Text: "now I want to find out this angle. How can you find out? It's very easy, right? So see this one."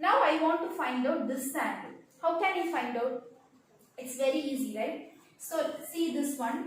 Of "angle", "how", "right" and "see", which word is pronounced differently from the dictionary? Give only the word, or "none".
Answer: angle